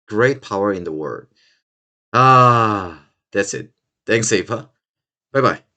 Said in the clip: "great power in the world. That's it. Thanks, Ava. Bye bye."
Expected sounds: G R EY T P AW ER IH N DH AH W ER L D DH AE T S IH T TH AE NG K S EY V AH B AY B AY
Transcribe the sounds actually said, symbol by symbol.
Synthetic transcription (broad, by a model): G R EY T P AW ER IH N DH AH W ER D DH AE T S IH T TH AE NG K S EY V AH B AY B AY